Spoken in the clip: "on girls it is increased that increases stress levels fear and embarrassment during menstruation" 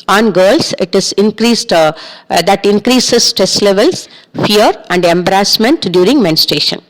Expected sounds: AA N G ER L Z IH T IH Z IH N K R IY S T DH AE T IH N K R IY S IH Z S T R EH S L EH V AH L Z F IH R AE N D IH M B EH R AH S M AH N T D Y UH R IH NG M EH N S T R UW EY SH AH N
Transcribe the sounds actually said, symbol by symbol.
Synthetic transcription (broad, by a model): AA N G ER L S IH T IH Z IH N K R IY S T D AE T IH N K R IY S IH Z S T R EH S L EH V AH L S F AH R AE N D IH M B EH R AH S M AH N T D Y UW R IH NG M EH N S T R EY SH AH N